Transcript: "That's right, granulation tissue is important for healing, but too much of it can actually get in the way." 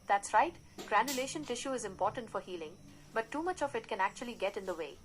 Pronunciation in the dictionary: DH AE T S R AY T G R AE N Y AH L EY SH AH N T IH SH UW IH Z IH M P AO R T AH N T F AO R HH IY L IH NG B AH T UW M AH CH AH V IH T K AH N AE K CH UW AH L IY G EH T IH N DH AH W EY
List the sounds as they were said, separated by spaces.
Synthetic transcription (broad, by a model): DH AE T S R AY T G R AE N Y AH L EY SH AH N T IH SH UW IH Z IH M P AO R T AH N T F AO R HH IY L IH NG B AH T UW M AH CH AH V IH T K AH N AE K CH UW AH L IY G EH T IH N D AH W EY